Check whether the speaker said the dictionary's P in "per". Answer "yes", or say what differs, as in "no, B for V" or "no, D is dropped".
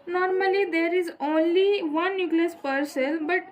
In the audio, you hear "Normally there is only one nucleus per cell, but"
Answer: yes